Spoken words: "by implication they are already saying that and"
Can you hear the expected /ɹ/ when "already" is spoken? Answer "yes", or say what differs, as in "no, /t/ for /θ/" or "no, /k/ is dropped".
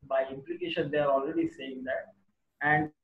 yes